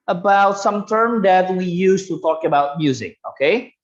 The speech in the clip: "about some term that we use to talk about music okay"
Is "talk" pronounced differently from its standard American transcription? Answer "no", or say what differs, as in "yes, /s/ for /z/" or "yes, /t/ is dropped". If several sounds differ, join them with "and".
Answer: no